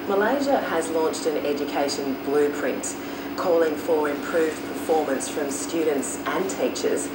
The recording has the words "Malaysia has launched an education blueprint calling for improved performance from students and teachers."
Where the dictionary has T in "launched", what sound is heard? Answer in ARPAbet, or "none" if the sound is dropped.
T